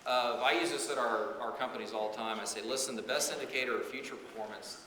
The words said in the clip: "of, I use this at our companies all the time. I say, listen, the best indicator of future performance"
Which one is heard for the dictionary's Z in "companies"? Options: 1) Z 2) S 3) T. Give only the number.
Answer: 1